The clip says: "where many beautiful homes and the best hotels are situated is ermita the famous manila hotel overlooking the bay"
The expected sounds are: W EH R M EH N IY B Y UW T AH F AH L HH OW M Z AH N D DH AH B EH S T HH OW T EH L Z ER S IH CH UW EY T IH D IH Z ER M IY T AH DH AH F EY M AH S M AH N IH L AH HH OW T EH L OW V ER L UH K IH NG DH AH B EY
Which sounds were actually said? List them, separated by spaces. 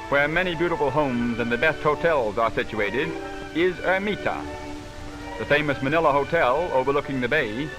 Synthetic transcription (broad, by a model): W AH R M EH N IY B Y UW T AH F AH L HH OW M Z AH N DH AH B EH S T HH OW T EH L Z ER S IH CH UW EY T IH D IH Z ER M IY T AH DH AH F EY M AH S M AH N IH L AH HH OW T EH L OW V ER L UH K IH NG DH AH B EY